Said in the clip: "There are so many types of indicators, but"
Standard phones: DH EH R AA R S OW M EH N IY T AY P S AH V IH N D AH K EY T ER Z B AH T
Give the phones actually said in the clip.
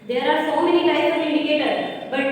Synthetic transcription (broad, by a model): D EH R AA R S OW M EH N IY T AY S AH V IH N D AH K EY T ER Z B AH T